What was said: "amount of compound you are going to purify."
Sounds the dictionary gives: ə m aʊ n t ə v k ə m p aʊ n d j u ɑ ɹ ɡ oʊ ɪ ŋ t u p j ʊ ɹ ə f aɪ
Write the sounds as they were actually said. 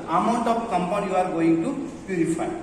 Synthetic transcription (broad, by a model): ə m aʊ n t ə p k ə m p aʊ d j u ɑ ɹ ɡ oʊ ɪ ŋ t u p j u ɹ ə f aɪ